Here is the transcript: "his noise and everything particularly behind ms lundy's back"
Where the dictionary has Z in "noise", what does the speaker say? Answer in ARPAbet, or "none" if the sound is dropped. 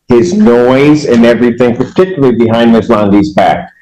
Z